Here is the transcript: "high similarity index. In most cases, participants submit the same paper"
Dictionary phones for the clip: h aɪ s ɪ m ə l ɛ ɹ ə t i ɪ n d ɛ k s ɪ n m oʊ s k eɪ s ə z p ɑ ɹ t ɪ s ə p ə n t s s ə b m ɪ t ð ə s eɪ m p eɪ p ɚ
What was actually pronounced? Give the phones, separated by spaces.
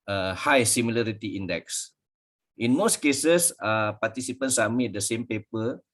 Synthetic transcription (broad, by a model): h aɪ s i m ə l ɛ ɹ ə t i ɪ n d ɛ k s ɪ n m oʊ s k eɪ s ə s p ɑ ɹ t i s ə p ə n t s s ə m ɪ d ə s eɪ m p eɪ p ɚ